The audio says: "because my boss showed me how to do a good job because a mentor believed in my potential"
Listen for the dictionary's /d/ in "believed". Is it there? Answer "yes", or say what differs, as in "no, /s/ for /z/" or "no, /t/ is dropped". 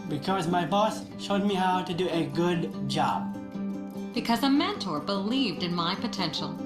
yes